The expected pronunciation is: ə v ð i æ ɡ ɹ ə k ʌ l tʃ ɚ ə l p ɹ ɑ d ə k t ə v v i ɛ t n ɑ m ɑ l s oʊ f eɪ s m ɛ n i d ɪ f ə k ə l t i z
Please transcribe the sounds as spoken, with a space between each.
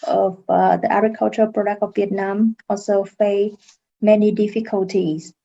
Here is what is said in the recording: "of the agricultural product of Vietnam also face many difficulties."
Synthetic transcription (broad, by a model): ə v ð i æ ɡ ɹ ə k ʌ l tʃ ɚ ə p ɹ ɑ d ə k t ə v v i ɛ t n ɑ m ɑ l s oʊ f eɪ m ɛ n i d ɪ f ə k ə l t i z